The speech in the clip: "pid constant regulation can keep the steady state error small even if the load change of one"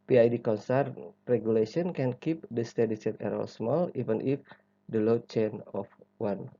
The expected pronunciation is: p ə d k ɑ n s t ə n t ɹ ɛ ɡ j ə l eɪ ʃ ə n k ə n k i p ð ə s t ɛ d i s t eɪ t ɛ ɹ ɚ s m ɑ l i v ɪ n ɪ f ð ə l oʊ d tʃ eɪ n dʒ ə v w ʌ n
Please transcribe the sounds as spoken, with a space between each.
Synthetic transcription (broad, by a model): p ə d k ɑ n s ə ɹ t ɹ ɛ ɡ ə l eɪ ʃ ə n k ə n k i p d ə s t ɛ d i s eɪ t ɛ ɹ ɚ s m ɑ l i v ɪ n ɪ f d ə l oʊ tʃ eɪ n ə f w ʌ n